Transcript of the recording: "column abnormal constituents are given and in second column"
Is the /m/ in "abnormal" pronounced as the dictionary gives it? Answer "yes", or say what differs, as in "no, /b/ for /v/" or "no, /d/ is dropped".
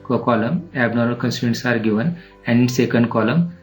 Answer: no, /m/ is dropped